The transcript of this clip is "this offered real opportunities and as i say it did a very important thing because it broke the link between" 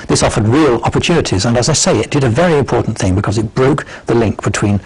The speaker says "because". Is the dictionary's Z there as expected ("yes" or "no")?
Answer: yes